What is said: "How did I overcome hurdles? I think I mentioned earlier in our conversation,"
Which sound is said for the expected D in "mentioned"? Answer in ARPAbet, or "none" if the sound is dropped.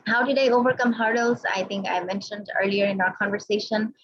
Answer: D